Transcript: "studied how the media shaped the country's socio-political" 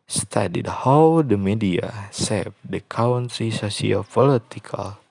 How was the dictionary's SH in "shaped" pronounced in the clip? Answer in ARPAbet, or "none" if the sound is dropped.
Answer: S